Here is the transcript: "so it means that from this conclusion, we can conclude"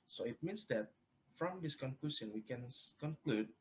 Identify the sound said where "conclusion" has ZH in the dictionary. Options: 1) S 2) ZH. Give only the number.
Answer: 1